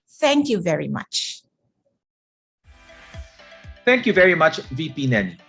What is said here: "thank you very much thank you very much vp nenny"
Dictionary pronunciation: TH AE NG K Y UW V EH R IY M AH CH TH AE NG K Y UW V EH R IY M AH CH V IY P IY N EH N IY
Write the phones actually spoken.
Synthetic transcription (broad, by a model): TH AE NG K Y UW V EH R IY M AH CH TH AE NG K Y UW V EH R IY M AH CH V IY P IY N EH N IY